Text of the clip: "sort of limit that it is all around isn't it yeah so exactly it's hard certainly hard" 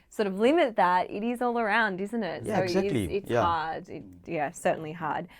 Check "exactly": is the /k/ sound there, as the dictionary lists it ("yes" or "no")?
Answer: no